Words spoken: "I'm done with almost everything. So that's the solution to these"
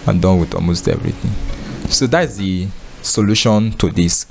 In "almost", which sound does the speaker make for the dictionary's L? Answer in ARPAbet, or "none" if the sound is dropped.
L